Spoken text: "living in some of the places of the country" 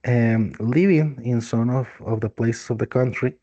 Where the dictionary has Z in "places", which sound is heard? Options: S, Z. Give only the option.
S